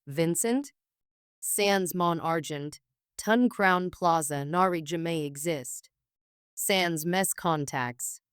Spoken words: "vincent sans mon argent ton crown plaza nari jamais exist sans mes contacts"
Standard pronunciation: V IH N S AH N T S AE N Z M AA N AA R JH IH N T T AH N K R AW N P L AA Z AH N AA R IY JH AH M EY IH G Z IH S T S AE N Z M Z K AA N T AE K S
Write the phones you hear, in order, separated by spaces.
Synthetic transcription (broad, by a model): V IH N S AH N T S AE N Z M AA N AA R JH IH N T T AH N K R AW N P L AA Z AH N AA R IY JH AH M EY IH G Z IH S T S AE N Z M S K AA N T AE K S